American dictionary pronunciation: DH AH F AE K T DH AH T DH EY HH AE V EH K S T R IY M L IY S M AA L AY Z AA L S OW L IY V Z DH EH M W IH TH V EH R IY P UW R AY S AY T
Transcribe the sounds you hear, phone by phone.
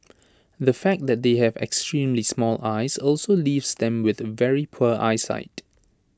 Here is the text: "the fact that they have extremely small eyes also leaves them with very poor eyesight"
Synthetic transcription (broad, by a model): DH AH F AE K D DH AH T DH EY HH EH V EH K S T R IY M L IY S M AA L AY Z AA L S OW L IY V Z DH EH M W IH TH V EH R IY P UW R AY S AY T